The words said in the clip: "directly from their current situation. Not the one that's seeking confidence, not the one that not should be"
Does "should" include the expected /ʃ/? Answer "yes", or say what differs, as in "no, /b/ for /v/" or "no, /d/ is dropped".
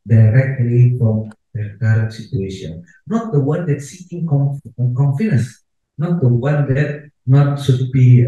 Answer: no, /s/ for /ʃ/